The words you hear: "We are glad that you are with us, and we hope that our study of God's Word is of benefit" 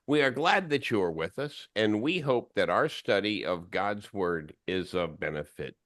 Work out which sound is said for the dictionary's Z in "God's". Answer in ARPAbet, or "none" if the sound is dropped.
Z